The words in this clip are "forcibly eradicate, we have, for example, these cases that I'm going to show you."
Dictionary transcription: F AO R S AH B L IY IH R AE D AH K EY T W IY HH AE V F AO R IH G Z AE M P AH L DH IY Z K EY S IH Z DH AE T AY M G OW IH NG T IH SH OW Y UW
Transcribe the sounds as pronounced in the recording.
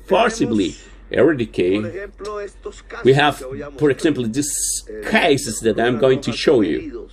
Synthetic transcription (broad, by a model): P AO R S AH B L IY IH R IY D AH K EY W IY HH AE V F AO R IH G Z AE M P L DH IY S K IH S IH S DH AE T AY M G OW IH NG T IH SH OW Y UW